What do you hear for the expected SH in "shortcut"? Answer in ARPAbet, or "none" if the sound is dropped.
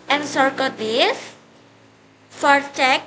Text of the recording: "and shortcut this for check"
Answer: S